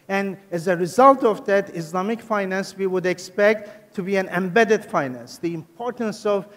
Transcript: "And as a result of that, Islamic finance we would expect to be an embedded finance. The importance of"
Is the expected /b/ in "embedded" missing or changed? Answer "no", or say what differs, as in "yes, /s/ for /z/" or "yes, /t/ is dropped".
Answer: no